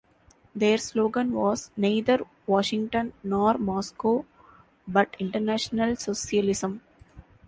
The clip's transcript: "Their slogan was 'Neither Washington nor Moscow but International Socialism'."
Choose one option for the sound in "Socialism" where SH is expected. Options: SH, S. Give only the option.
S